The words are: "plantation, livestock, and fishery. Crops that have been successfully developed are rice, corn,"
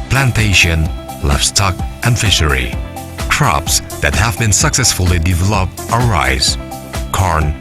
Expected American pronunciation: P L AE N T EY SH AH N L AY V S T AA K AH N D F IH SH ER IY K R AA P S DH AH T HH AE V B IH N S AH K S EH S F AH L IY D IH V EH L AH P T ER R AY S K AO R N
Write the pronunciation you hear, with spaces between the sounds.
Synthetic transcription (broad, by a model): P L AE N T EY SH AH N L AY F S T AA K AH N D F IH SH ER IY K R AA P S DH AH T HH AE V B IH N S AH K S EH S F AH L IY D IH V EH L AH P T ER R AY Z K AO R N